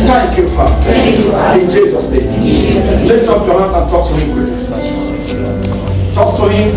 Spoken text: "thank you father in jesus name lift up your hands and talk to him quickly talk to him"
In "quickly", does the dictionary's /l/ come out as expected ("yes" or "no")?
no